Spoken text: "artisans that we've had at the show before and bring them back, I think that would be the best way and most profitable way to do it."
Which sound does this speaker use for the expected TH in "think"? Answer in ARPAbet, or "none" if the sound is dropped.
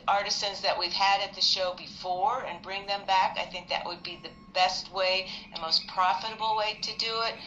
TH